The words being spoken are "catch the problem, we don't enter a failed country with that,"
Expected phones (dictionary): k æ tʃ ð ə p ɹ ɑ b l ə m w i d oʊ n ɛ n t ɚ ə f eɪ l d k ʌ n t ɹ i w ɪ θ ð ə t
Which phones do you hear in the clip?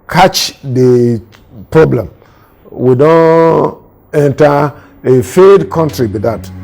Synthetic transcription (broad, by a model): k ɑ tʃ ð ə p ɹ ɑ b l ə m w i d oʊ n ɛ n t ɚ ə f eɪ d k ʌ n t ɹ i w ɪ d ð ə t